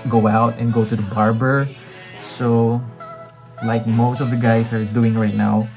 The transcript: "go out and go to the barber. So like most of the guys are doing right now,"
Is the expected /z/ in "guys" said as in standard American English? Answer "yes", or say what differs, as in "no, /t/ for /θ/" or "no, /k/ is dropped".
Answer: no, /s/ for /z/